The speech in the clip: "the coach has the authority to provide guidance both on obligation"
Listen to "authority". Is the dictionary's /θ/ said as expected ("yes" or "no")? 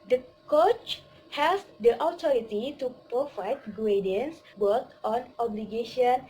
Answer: no